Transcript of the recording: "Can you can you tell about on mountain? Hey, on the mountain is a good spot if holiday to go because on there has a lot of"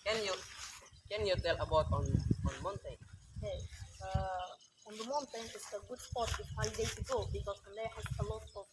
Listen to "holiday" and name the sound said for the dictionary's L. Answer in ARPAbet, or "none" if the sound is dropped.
none